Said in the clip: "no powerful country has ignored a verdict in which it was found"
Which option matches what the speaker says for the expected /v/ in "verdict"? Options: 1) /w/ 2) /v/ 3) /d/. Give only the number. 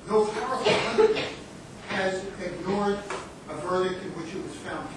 2